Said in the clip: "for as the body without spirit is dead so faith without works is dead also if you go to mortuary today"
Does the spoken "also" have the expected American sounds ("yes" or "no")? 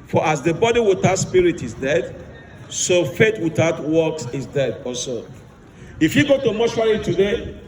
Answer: no